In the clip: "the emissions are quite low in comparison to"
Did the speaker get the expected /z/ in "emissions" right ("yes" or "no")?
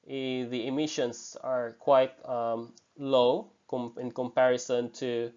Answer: no